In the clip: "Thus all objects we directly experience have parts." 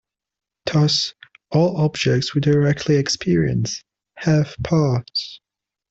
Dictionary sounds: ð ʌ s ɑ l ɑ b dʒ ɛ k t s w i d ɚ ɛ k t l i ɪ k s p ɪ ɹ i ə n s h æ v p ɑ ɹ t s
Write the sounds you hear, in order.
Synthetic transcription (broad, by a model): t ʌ s ɑ l ɑ b dʒ ɛ k t s w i d ɚ ɛ k t l i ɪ k s p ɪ ɹ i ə n s h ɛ f p ɑ t s